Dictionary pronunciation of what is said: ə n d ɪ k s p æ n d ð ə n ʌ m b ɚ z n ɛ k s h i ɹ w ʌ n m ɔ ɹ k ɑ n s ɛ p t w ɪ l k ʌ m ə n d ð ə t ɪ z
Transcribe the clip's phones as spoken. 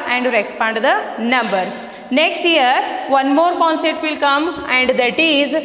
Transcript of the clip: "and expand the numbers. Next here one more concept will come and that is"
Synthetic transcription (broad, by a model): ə n d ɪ k s p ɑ n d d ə n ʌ m b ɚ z n ɛ k s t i ɹ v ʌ n m ɔ ɹ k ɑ n s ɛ t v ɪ l k ʌ m ə n d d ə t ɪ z